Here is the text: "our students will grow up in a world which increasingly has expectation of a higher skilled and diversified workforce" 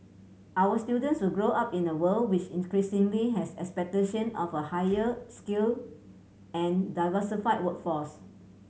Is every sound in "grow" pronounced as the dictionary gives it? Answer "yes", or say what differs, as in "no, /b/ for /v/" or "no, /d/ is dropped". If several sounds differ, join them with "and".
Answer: yes